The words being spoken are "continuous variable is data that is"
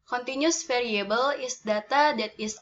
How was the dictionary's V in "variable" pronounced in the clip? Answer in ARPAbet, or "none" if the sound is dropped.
F